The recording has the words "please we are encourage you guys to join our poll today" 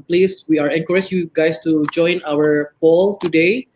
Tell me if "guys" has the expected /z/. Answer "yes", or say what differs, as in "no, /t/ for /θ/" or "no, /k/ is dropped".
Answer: no, /s/ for /z/